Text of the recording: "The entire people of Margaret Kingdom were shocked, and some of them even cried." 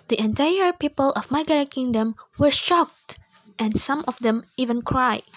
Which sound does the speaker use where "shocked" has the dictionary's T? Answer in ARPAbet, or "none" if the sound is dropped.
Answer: T